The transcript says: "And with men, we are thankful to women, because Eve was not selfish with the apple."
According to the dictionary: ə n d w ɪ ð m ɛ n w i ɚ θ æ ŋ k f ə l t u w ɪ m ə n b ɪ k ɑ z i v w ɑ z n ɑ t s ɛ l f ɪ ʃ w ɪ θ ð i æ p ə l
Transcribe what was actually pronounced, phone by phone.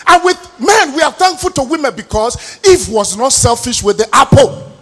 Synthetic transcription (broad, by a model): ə n w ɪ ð m ɛ n w i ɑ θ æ ŋ k f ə l t u w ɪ m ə n b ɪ k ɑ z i f w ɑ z n ɑ t s ɛ l f ɪ ʃ w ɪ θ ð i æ p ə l